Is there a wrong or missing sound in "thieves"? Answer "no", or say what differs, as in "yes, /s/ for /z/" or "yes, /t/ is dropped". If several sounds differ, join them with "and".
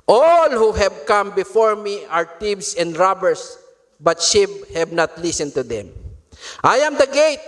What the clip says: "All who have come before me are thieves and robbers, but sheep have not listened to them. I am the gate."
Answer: yes, /t/ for /θ/